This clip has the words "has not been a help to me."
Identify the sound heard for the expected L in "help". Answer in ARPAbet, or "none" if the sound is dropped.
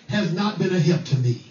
none